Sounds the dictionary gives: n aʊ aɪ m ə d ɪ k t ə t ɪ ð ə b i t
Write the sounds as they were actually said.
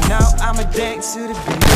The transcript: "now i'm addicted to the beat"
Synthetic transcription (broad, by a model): n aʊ aɪ m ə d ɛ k s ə t ɪ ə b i